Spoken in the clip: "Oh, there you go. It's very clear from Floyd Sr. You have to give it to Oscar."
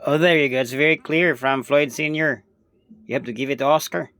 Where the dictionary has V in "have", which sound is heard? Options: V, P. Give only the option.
P